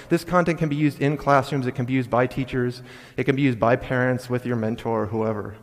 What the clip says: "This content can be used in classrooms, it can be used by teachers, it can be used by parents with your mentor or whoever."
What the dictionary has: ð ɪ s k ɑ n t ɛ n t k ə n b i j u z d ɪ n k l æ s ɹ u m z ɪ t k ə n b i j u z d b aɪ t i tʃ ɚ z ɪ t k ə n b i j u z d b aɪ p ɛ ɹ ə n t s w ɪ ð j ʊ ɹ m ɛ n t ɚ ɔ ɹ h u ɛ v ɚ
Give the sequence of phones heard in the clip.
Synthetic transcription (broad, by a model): ð ɪ s k ɑ n t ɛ n k ə n b i j u z d ɪ n k l æ s ɹ u m z ɪ t k ə n b i j u z d b aɪ t i tʃ ɚ z ɪ t k ə n b i j u z d b aɪ p ɛ ɹ ə n t s w ɪ ð j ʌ ɹ m ɛ n t ɔ ɹ h u ɛ v ɚ